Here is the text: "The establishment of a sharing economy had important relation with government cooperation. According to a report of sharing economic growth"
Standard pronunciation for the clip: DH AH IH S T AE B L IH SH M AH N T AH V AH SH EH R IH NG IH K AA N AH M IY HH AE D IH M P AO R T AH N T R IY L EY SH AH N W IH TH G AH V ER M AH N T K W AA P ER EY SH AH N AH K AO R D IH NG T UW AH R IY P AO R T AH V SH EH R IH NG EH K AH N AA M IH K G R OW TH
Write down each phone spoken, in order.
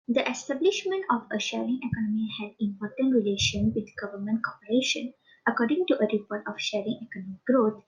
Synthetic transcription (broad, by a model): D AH IH S T AE B L IH SH M AH N T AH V AH SH EH R IH NG IH K AA N AH M IY HH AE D IH M P AO R T AH N T R IY L EY SH AH N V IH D G AH V ER M AH N T K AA P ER EY SH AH N AH K AO R D IH NG T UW AH R IY P AO R T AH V SH EH R IH NG EH K AH N AA M IH K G R OW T